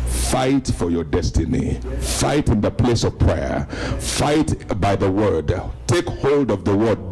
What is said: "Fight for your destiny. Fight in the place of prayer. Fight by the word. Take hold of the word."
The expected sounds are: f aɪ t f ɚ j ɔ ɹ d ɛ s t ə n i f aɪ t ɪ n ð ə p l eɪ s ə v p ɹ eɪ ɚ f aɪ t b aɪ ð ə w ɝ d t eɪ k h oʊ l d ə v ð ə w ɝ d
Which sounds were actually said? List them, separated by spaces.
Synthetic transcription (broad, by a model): f aɪ t f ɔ j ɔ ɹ d ɛ s t ə n i f aɪ t ɪ n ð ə p l eɪ s ə v p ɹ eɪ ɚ f aɪ t b aɪ ð ə w ɝ d t eɪ k h oʊ l d ə v ð ə w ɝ d